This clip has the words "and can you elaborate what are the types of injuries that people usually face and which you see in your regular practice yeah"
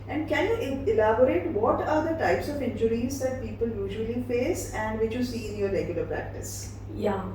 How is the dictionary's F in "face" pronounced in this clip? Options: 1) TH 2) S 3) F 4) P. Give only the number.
3